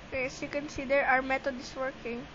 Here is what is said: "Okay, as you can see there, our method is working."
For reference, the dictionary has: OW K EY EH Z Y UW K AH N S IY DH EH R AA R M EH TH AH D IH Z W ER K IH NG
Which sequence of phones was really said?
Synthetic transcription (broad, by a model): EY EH S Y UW K AH N S IY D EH R AA R M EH T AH D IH S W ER K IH NG